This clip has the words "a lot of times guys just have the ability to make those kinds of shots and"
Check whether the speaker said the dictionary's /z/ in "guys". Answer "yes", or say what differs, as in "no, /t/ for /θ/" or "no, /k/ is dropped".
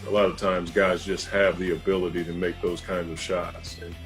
yes